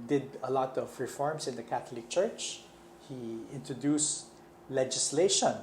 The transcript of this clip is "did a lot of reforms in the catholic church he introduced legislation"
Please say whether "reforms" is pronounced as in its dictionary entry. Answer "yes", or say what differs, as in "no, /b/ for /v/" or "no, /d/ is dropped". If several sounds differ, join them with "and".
no, /s/ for /z/